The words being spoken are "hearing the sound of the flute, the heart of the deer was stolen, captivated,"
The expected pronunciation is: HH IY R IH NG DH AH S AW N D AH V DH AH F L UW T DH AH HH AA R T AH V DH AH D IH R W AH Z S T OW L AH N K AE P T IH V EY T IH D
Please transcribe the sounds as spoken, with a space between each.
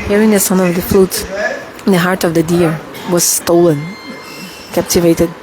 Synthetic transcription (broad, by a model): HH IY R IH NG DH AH S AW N AH V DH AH F L UW T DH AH HH AA R T AH V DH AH D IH R W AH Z S T OW L AH N K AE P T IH V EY T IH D